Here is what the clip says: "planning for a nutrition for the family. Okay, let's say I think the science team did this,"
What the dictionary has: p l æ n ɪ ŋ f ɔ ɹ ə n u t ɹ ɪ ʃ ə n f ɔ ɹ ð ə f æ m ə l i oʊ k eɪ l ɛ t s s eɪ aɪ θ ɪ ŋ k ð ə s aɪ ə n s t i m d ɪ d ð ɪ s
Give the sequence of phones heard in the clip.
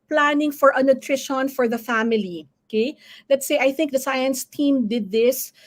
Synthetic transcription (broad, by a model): p l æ n ɪ ŋ f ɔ ɹ ə n u t ɹ ɪ ʃ ə n f ɔ ɹ ð ə f æ m ə l i oʊ k eɪ l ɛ t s s eɪ aɪ θ ɪ ŋ k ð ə s aɪ ə n s t i m d ɪ d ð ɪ s